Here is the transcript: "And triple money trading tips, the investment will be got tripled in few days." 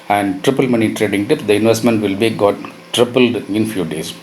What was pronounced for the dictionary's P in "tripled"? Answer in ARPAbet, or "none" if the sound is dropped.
P